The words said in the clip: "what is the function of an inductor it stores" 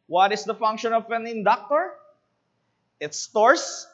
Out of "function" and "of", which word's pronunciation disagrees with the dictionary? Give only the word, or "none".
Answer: of